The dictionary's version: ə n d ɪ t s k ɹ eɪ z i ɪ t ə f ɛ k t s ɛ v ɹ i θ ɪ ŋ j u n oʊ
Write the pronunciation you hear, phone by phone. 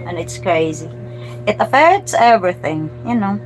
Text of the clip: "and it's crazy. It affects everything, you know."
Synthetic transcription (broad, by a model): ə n ɪ t s k ɹ eɪ z i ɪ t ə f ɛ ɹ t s ɛ v ɹ i θ ɪ ŋ j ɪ n oʊ